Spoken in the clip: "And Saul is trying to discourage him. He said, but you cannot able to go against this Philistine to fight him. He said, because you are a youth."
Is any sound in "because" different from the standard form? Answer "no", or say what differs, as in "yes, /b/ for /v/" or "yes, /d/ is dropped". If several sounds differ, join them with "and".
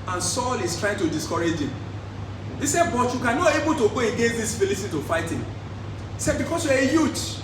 yes, /s/ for /z/